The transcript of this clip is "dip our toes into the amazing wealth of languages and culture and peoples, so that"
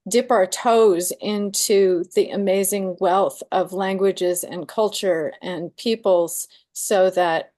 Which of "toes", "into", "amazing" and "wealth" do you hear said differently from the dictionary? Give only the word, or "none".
none